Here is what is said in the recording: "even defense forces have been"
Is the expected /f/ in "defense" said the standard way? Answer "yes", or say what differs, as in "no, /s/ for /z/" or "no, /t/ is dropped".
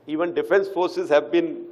yes